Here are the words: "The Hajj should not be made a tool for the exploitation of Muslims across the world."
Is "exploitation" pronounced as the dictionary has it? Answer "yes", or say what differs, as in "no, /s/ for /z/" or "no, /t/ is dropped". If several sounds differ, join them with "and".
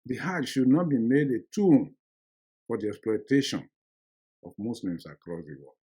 yes